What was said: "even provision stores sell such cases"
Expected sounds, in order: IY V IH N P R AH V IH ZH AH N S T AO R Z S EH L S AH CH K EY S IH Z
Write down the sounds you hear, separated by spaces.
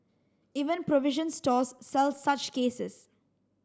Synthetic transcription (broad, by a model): IY V IH N P R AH V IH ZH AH N S T AO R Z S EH L S AH CH K EY S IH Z